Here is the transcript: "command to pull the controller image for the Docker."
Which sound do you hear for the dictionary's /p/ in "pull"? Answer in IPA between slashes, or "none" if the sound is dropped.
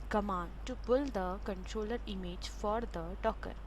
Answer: /b/